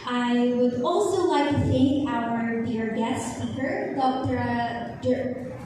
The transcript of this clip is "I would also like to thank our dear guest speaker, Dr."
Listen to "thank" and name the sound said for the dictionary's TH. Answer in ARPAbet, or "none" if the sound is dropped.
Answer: TH